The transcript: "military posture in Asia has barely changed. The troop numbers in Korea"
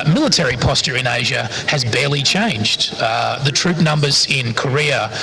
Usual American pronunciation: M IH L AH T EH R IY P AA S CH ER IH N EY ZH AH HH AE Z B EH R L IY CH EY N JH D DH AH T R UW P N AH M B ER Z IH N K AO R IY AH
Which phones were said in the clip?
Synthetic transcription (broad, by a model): M IH L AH T EH R IY P AA S CH ER IH N EY ZH AH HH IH Z B EH R L IY CH EY N JH D DH AH T R UW P N AH M B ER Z IH N K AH R IY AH